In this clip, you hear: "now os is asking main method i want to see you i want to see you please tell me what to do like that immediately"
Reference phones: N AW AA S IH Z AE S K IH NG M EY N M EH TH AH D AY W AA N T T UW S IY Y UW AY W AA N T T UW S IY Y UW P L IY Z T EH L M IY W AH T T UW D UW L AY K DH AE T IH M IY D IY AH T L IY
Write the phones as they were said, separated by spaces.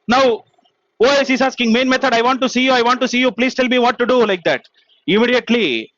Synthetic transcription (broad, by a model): N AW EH SH IH Z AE S K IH NG M EY N M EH T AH D AY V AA N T T UW S IY Y UW AY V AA N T T UW S IY Y UW P L IY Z T EH L M IY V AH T T UW D UW L AY K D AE T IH M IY D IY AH T L IY